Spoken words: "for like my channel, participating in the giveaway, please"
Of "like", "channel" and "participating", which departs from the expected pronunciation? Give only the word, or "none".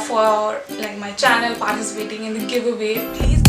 none